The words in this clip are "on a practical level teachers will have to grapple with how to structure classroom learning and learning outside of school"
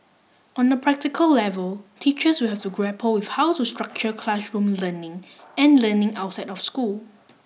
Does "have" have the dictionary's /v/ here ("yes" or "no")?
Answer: no